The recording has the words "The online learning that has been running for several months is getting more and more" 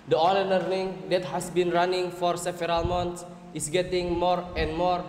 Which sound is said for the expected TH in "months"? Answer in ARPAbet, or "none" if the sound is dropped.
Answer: T